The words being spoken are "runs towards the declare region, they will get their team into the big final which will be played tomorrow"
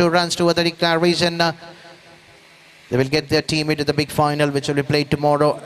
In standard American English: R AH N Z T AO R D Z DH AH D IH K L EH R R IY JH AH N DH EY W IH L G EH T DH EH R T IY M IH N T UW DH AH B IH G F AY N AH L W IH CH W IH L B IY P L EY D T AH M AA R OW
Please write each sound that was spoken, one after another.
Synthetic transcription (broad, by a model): R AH N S T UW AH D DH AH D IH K EH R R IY Z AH N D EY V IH L G EH T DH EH R T IY M IH N T UW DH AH B IH G F AY N AH L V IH CH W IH L B IY P L EY D T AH M AA R OW